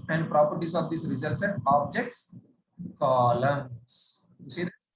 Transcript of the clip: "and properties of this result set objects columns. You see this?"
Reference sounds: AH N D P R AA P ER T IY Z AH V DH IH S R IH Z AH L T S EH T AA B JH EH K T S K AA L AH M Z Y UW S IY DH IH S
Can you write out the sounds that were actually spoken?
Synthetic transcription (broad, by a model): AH N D P R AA P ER T IY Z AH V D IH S R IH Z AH L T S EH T AA B JH EH K T S K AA L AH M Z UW S IY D